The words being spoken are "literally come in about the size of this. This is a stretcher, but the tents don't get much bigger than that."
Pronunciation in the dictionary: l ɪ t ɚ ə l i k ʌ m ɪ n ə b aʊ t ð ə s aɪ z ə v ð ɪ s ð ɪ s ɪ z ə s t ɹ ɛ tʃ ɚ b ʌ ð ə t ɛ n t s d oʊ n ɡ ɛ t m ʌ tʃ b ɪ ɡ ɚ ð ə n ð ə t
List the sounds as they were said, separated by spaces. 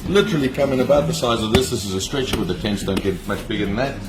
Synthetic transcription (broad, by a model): l ɪ t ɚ l i k ʌ m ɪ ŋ ə b aʊ t ð ə s aɪ z ə v ð ɪ s ð ɪ s ɪ z ə s t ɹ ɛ tʃ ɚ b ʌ ð ə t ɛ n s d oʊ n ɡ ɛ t m ʌ tʃ b ɪ ɡ ɚ ð ə n ð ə t